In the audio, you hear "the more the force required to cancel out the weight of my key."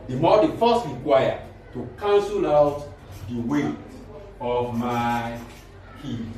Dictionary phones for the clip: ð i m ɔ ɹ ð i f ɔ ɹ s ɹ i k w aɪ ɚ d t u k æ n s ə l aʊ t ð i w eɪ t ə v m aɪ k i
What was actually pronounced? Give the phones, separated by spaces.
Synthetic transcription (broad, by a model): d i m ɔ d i f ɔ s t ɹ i k w aɪ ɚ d t u k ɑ n s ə l aʊ t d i w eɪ ə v m aɪ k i